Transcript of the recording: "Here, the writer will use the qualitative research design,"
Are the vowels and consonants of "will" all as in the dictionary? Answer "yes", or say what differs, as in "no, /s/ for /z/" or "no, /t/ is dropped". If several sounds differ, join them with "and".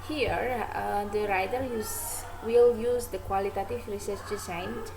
yes